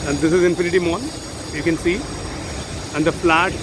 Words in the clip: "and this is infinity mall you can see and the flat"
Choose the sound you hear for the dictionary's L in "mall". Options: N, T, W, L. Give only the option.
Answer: N